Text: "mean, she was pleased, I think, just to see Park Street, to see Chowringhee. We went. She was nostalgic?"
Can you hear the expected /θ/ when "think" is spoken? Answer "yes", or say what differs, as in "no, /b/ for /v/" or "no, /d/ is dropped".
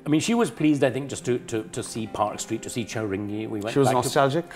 yes